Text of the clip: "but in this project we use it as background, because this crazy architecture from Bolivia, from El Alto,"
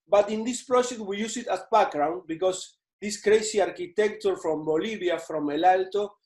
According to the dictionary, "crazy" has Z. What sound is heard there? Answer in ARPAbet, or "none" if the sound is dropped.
S